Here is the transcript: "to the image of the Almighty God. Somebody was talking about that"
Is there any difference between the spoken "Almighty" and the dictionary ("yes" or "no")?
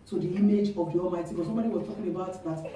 yes